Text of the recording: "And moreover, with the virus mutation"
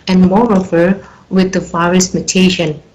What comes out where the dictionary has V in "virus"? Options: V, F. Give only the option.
F